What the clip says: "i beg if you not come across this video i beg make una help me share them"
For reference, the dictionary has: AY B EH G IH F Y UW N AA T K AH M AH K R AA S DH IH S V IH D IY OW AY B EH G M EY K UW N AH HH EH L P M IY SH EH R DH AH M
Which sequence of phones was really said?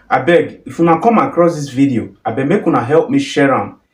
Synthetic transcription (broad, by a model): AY B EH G IH F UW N AA K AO M AH K R AA S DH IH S V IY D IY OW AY B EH M EY K UW N AH HH EH L P M IY SH EH R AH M